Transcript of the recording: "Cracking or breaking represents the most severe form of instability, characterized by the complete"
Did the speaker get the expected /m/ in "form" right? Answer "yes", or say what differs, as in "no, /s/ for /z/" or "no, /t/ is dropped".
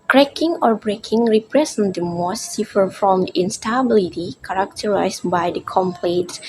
no, /m/ is dropped